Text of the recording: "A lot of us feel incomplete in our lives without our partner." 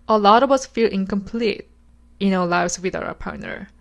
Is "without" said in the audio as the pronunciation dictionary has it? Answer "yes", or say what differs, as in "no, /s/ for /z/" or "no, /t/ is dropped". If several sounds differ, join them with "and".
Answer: no, /t/ is dropped